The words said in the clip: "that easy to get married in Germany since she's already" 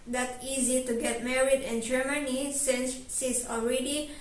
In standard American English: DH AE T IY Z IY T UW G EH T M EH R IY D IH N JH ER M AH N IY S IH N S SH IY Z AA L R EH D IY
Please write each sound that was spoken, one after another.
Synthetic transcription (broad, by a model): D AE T IY Z IY T UW G EH T M EH R IY D IH N JH ER M AH N IY S IH N S S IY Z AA L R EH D IY